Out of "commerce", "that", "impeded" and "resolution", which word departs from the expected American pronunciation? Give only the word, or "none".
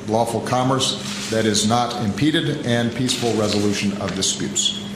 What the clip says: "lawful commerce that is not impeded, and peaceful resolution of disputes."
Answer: none